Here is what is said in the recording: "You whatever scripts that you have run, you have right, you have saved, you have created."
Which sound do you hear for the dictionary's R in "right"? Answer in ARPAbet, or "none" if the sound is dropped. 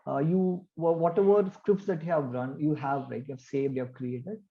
L